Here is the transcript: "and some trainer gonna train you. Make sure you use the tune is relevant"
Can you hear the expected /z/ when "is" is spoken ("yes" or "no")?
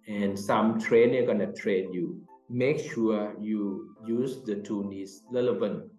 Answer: no